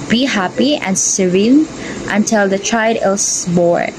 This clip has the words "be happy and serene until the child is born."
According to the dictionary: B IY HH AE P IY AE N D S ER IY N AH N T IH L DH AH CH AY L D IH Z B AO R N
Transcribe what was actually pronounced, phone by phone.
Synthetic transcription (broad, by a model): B IY HH AE P IY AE N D S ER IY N AH N T IH L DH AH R AY D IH S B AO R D